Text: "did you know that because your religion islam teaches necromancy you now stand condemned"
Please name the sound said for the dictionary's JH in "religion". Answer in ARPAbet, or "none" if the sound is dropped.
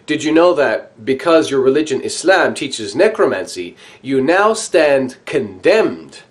JH